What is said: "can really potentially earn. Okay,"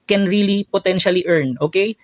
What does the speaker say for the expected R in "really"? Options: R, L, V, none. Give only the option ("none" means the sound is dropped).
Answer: R